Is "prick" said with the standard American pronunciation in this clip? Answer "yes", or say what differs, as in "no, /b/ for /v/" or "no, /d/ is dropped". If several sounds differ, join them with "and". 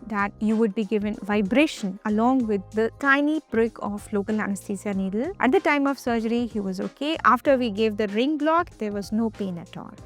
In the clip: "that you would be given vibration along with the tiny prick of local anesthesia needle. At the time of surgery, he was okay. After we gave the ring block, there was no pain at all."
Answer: no, /b/ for /p/